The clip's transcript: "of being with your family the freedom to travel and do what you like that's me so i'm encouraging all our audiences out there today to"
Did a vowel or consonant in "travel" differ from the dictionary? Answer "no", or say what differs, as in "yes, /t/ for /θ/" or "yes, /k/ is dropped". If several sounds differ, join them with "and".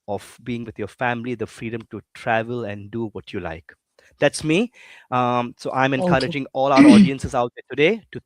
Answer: no